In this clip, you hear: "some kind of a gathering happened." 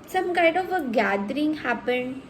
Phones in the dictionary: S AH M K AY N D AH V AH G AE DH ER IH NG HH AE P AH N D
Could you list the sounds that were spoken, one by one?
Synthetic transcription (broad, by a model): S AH M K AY D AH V AH G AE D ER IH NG HH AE P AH N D